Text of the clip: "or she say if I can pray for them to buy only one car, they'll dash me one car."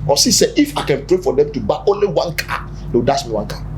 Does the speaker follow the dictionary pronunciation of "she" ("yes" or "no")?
no